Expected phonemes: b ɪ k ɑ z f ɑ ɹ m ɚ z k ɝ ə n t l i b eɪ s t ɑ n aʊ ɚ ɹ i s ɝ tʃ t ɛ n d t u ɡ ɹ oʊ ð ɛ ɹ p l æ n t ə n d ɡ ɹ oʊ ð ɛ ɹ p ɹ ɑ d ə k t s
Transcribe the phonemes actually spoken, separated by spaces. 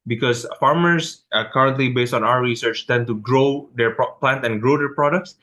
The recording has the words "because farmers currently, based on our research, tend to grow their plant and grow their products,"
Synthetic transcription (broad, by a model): b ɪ k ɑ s f ɑ ɹ m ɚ s k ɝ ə n t l i b eɪ s t ɑ n aʊ ɚ ɹ i s ɝ tʃ t ɛ n t u ɡ ɹ oʊ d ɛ ɹ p l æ n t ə n ɡ ɹ oʊ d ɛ ɹ p ɹ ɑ d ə k t s